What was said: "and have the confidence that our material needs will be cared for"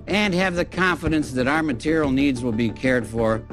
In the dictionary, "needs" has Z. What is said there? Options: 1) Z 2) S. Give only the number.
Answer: 1